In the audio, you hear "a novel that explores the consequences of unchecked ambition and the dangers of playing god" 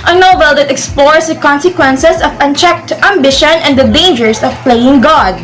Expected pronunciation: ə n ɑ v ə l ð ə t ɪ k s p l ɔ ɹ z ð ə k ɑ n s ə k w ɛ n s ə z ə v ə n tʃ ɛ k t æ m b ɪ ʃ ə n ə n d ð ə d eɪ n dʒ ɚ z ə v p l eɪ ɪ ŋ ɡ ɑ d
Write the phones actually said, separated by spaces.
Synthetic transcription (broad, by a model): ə n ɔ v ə l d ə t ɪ k s p l ɔ ɹ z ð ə k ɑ n s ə k w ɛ n s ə s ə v ə n tʃ ɛ k t æ m b ɪ ʃ ə n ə n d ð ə d eɪ n dʒ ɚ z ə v p l eɪ ɪ ŋ ɡ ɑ d